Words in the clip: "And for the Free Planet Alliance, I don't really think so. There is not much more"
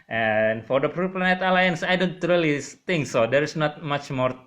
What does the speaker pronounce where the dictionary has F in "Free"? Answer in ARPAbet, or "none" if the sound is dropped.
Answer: P